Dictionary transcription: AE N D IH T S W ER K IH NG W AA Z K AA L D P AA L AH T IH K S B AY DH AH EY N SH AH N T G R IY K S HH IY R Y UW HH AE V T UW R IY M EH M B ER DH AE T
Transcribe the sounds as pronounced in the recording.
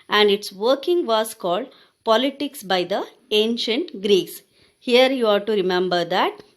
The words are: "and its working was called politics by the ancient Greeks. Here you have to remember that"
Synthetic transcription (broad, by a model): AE N D IH T S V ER K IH NG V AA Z K AA L D P AA L AH T IH K S B AY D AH EY N SH AH N T G R IY K S HH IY R Y UW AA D T UW R IY M EH M B ER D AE T